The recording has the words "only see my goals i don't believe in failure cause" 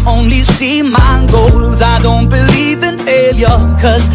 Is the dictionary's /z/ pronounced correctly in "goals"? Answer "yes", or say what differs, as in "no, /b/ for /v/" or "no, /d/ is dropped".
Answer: yes